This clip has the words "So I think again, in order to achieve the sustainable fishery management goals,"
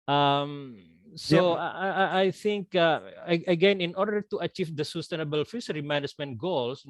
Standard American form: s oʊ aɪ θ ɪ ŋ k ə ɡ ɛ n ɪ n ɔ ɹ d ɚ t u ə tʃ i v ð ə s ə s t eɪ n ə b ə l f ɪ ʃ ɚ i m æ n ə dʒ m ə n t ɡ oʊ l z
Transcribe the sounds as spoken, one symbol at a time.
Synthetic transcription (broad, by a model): s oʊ aɪ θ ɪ ŋ k ə ɡ ɛ n ɪ n ɔ ɹ d ɚ t u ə tʃ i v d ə s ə s t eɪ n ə b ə l f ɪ s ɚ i m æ n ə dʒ m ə n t ɡ oʊ l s